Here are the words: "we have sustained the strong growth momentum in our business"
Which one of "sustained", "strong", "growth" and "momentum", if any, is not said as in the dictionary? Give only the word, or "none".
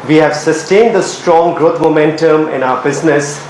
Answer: growth